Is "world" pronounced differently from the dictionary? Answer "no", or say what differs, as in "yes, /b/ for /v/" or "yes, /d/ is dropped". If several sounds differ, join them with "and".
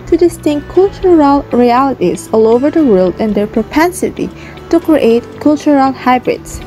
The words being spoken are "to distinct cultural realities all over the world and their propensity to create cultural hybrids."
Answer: no